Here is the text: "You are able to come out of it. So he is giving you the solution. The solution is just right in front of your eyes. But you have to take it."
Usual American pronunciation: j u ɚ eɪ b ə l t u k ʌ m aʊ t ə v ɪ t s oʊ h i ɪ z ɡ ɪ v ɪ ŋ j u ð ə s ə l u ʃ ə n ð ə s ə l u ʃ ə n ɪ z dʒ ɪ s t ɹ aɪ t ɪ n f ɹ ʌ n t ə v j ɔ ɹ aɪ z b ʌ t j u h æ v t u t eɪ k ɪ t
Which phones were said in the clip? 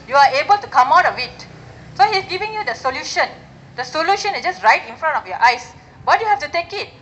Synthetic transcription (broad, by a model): j u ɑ eɪ b ə l t u k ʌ m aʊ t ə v ɪ t s oʊ h i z ɡ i v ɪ ŋ j u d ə s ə l u ʃ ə n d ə s ə l u ʃ ə n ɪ s dʒ ɪ s t ɹ aɪ t ɪ n f ɹ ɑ n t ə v j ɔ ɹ aɪ s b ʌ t j u h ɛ f t u t eɪ k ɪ t